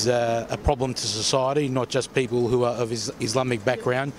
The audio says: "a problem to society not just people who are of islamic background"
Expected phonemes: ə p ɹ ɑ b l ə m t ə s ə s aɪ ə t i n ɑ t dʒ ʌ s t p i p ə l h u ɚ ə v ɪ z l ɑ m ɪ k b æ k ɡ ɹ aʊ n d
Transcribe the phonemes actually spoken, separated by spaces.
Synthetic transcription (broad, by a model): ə p ɹ ɑ b l ə m t ə s ə s aɪ ə t i n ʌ t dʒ ʌ s p i p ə l h u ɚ ə v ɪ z l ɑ m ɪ k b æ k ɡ ɹ aʊ n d